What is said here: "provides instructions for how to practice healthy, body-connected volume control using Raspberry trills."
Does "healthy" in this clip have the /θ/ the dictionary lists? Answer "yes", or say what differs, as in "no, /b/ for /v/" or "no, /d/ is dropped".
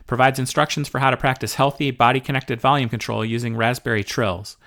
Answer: yes